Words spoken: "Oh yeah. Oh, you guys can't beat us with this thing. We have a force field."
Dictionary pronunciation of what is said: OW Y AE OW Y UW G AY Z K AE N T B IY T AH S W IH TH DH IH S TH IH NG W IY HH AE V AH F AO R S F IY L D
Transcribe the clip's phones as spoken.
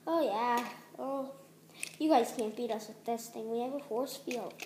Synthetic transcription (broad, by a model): OW Y AE OW Y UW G AY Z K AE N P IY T AH S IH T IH S T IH NG W IY HH AE V AH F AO R S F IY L